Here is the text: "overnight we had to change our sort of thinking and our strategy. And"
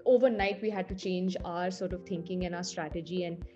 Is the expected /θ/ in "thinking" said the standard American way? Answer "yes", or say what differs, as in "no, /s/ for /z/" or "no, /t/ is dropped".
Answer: no, /t/ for /θ/